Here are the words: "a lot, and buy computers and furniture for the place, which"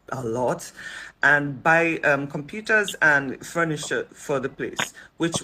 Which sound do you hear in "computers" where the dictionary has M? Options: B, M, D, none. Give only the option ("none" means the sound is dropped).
M